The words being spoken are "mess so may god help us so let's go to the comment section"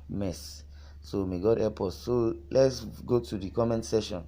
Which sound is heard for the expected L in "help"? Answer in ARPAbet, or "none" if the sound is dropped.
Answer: none